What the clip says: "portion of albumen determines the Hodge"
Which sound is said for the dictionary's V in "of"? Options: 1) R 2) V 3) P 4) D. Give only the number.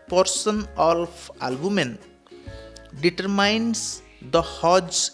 3